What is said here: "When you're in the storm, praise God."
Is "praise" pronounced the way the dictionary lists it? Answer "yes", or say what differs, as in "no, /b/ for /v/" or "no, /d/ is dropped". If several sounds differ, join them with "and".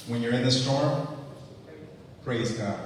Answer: yes